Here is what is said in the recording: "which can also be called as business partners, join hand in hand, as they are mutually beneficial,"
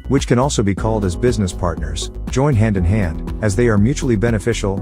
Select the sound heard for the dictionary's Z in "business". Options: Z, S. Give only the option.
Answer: Z